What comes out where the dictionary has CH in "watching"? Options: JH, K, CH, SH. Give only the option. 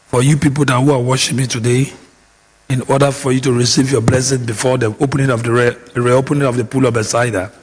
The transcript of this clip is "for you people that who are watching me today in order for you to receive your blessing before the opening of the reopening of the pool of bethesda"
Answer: SH